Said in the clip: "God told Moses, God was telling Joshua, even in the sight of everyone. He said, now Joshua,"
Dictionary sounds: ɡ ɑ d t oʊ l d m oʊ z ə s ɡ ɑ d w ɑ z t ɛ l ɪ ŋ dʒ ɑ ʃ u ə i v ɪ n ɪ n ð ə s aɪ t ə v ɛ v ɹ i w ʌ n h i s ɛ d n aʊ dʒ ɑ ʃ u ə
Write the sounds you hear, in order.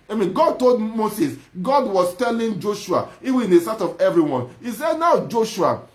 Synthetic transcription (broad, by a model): ɡ ɑ d t oʊ l d m oʊ s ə s ɡ ɑ d w ɑ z t ɛ l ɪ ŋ dʒ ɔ ʃ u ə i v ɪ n ɪ n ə s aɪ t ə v ɛ v ɹ i w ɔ n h i s ɛ d n aʊ dʒ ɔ ʃ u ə